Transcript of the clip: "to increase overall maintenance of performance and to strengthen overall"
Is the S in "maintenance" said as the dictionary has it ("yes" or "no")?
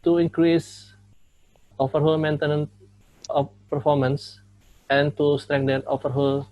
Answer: no